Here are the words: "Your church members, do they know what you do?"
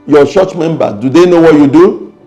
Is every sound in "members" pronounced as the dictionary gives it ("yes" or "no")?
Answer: no